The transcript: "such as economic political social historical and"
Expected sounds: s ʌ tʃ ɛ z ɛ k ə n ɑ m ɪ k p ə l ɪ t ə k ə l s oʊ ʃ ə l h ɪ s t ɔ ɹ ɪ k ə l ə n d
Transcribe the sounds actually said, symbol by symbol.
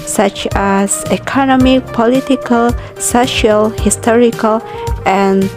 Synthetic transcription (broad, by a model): s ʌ tʃ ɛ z ɛ k ə n ɑ m ɪ k p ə l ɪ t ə k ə l s oʊ ʃ ə l h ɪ s t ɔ ɹ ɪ k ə l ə n